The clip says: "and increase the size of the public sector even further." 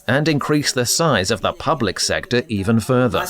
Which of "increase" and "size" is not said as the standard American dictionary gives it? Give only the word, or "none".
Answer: none